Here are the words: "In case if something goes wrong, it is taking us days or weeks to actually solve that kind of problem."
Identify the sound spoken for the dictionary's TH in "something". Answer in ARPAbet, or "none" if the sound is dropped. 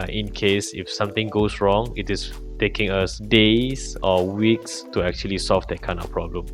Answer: T